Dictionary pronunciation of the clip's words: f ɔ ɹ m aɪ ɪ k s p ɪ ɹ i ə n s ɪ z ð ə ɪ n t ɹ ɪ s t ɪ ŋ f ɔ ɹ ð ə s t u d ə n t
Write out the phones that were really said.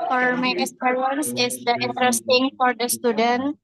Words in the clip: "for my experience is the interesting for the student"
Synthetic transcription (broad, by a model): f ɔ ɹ m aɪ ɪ s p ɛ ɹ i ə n s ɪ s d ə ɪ n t ɹ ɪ s t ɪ ŋ f ɔ ɹ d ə s t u d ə n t